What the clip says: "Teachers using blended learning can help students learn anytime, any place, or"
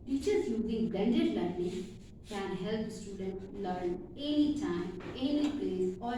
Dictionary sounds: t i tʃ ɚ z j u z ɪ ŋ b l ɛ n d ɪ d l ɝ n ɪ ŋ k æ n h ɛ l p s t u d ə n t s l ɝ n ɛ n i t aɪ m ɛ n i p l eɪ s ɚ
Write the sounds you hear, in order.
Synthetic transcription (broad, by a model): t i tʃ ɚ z j u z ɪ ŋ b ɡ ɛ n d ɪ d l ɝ ɪ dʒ k æ n h ɛ l p s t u d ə n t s l ɝ n ɛ n i t aɪ m ɛ n i p l eɪ s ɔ